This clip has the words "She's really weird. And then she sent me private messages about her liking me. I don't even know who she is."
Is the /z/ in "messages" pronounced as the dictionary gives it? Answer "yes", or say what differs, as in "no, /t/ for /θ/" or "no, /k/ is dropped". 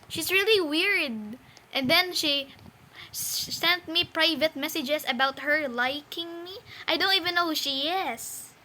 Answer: no, /s/ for /z/